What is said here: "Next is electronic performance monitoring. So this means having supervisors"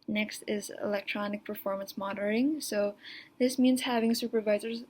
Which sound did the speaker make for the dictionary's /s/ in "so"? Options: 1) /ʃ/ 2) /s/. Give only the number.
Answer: 2